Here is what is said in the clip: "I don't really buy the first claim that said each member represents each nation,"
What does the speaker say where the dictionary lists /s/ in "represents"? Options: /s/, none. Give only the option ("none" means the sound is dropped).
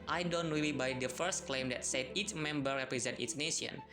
none